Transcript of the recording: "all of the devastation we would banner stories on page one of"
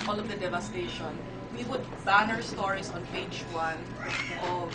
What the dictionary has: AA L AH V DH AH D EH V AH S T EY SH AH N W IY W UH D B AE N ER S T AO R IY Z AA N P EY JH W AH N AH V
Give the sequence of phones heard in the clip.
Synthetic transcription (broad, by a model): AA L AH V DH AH D EH V AH S T EY SH AH N W IY W UH D B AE N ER S T AO R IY S AA N P EY JH W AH N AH